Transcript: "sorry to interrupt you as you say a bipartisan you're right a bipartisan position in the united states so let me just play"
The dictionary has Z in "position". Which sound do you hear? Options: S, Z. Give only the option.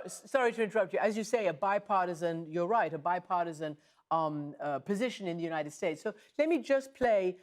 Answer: Z